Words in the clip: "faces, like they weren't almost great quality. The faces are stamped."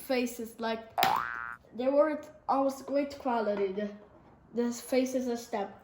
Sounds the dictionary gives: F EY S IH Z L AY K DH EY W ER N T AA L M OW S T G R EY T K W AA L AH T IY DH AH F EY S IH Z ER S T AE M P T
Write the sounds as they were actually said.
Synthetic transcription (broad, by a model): F EY S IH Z L AY K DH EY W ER T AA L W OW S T G R EY T K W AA L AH T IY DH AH F EY S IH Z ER S T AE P